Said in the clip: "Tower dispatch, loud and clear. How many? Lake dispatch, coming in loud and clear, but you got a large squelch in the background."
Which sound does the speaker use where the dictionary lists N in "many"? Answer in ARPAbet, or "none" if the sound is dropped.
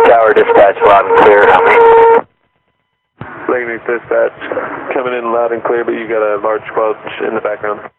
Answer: L